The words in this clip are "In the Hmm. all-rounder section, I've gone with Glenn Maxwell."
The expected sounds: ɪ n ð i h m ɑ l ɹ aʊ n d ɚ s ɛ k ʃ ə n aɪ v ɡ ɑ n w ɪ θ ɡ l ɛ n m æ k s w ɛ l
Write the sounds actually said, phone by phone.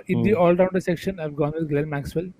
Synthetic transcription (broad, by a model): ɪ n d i ɑ l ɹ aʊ n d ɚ s ɛ k ʃ ə n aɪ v ɡ ɑ n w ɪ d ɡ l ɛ l m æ k s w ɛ l